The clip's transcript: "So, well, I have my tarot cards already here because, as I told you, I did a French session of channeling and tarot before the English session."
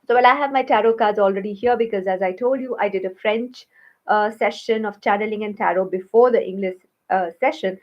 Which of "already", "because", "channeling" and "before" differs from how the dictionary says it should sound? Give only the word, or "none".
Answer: none